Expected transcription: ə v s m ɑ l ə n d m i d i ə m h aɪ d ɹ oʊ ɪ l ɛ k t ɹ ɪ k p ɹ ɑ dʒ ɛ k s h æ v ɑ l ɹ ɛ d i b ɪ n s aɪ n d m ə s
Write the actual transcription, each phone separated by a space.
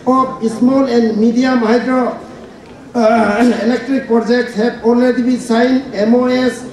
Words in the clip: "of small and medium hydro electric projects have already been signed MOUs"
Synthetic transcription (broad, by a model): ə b s m ɑ l ə n d m i d i ə m h aɪ d ɹ oʊ ɪ l ɛ k t ɹ ɪ k p ɹ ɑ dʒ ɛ k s h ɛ b ɑ l ɹ ɛ d i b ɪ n s aɪ n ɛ m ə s